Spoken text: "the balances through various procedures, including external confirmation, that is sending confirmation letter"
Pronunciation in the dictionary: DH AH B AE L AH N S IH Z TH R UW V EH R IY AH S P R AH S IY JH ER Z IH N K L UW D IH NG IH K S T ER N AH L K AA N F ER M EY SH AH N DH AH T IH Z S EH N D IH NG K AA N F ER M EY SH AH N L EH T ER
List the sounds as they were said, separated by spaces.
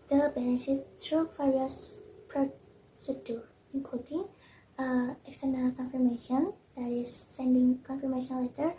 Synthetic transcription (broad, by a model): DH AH B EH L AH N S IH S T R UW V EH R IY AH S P R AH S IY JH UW IH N K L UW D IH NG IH K S T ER N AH L K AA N F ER M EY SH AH N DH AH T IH S EH N D IH NG K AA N F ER M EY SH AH N L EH T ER